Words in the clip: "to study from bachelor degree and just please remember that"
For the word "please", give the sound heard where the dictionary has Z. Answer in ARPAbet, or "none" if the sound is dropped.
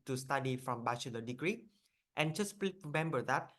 none